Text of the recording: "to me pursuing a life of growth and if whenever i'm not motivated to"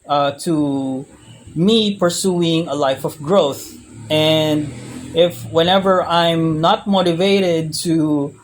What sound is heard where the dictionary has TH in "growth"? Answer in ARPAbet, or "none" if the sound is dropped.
TH